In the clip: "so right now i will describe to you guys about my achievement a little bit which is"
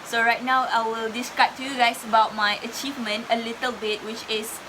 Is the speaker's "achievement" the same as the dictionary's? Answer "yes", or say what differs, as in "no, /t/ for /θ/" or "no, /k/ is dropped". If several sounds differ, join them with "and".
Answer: yes